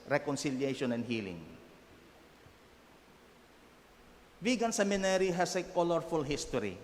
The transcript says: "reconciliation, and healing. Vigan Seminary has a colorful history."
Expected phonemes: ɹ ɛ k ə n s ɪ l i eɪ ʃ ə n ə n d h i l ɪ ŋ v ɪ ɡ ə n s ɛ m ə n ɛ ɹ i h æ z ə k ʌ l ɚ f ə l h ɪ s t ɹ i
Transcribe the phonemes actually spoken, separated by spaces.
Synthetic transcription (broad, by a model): ɹ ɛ k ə n s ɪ l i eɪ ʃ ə n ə n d h i l ɪ ŋ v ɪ ɡ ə n s ɛ m ə n ɛ ɹ i h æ s ə k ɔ l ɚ f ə l h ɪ s t ɹ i